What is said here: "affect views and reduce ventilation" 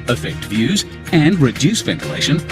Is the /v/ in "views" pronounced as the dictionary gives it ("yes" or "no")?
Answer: yes